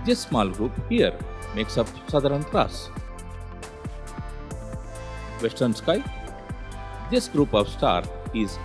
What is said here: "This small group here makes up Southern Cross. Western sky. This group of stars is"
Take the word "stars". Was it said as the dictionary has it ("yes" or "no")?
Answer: no